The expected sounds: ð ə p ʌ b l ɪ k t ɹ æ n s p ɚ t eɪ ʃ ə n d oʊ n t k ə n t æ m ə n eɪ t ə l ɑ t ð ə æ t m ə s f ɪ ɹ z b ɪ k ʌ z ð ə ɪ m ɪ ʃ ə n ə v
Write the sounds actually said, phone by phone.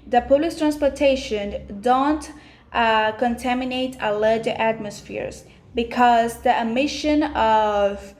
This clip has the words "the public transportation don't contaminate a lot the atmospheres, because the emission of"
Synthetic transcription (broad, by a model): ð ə p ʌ l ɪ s t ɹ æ n s p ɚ t eɪ ʃ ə n d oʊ n t k ə n t æ m ə n eɪ t ə l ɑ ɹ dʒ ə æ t m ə s f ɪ ɹ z b ɪ k ʌ z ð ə ɪ m ɪ ʃ ə n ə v